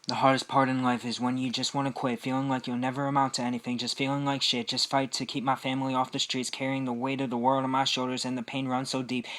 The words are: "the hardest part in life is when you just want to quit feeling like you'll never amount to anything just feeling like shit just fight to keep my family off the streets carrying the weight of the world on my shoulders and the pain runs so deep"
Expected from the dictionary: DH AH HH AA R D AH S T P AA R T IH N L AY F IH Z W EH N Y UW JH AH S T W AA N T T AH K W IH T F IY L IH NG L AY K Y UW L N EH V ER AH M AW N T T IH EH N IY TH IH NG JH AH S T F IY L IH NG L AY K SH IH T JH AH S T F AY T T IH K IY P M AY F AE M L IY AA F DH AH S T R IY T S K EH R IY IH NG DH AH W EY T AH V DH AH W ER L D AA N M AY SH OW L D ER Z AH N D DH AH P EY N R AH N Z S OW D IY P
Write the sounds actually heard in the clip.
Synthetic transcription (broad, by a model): DH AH HH AA R D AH S P AA R T IH N L AY F IH Z W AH N Y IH JH AH S T W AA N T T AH K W IH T F IY L IH NG L AY K Y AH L N EH V ER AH M AW N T T IH EH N IY TH IH NG JH AH S T F IY L IH NG L AY K SH IH T JH AH S T F AY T T IH K IY P M AY F AE M L IY AA F DH AH S T R IY T S K EH R IY IH NG DH AH W EY T AH V DH AH W ER L D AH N M AY SH OW L D ER Z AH N DH AH P EY N R AH N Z S OW D IY P